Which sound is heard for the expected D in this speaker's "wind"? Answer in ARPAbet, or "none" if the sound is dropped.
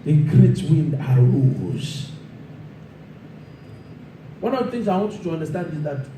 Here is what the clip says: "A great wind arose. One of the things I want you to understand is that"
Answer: D